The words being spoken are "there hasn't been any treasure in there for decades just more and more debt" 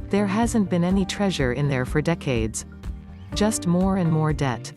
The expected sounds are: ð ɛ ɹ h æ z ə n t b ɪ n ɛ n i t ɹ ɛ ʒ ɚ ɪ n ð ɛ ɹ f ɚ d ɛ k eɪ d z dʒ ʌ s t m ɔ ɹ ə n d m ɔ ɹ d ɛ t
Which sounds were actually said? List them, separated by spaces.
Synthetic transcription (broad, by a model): ð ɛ ɹ h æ z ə n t b ɪ n ɛ n i t ɹ ɛ ʒ ɚ ɪ n ð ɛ ɹ f ɚ d ɛ k eɪ d z dʒ ʌ s t m ɔ ɹ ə n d m ɔ ɹ d ɛ t